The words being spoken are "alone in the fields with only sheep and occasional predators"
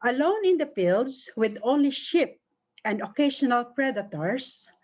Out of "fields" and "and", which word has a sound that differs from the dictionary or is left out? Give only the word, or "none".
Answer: fields